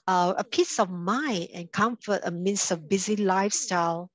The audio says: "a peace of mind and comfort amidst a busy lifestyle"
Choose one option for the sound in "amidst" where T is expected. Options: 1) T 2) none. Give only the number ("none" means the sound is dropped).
2